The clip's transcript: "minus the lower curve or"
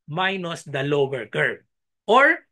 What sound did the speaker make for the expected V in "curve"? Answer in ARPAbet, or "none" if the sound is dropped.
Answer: B